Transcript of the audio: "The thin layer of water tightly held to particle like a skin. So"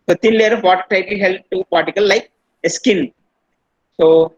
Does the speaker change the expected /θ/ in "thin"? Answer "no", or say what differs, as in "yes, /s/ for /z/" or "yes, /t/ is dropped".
yes, /t/ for /θ/